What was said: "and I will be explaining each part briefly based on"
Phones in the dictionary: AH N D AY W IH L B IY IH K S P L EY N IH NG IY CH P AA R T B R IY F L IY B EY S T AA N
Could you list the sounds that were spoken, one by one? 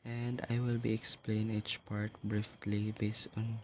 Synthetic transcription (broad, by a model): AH N D AY W IH L B IY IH K S P L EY IH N IY CH P AA R T B R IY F L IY B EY S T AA N